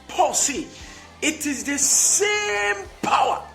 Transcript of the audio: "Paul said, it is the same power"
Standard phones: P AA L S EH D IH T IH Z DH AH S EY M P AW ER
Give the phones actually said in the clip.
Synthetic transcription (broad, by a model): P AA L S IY IH T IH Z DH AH S EY M P AW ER